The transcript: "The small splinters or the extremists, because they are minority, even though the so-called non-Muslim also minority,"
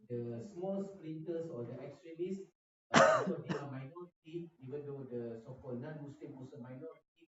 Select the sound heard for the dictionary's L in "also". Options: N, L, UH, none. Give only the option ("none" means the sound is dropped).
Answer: none